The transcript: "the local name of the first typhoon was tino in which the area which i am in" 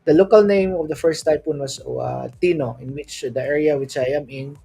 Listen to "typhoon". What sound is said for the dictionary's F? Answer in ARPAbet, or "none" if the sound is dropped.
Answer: P